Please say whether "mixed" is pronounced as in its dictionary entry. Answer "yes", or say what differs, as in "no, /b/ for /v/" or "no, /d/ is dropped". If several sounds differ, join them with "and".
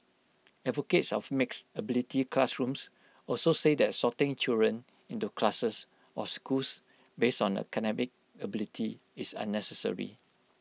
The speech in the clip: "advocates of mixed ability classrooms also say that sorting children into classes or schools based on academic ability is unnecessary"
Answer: no, /t/ is dropped